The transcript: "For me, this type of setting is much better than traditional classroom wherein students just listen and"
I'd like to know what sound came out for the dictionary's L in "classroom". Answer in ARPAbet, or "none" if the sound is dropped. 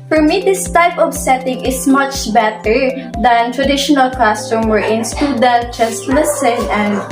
none